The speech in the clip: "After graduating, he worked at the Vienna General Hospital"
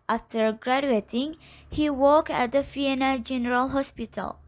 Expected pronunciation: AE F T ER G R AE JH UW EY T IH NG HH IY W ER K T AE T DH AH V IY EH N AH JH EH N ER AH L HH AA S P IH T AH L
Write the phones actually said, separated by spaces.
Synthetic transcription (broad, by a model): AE F T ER G R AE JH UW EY T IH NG HH IY W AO K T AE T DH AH F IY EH N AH JH EH N ER AH L HH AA S P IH T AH L